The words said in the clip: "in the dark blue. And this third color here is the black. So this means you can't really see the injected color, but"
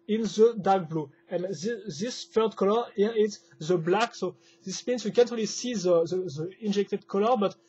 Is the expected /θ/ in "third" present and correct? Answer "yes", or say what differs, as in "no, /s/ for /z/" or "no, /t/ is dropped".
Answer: no, /f/ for /θ/